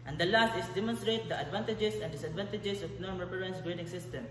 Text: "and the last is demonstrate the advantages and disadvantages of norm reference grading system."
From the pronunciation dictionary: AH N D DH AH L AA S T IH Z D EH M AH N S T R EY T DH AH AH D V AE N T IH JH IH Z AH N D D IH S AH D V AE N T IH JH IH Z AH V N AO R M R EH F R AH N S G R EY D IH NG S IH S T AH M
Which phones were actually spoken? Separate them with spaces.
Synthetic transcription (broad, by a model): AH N D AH L AA S T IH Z D EH M AH N S T R EY T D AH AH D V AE N T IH JH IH S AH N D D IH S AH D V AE N T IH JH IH S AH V N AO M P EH R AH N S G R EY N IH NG S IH S T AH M